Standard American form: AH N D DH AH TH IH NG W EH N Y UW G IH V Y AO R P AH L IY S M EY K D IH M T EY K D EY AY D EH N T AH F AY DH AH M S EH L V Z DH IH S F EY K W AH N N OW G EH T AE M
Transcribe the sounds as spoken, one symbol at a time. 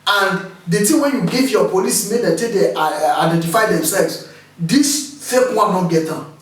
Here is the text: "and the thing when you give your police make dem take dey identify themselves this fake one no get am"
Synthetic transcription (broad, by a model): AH N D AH T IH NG W EH N Y UW G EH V Y AO P AH L IY S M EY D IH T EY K D EY AY D EH N T AH F AY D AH M S EH L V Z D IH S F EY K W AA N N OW G EH T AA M